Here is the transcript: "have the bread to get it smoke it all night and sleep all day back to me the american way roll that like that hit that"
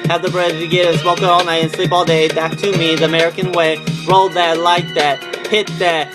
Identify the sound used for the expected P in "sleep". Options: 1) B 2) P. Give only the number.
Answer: 1